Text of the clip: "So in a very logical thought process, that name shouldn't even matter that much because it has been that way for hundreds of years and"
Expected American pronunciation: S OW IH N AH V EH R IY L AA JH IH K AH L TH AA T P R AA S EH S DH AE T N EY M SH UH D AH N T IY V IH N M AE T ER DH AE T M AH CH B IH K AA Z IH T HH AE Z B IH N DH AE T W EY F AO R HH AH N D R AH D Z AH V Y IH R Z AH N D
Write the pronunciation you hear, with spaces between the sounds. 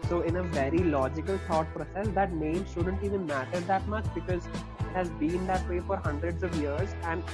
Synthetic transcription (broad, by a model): S OW IH N AH V EH R IY L AA JH IH K AH L T AA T P R AA S EH S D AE T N EY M SH UH D AH N T IY V IH N M AE T ER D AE T M AH CH B IH K AA Z IH T HH AE Z B IH N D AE T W EY F AO R HH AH N D R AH D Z AH V Y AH R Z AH N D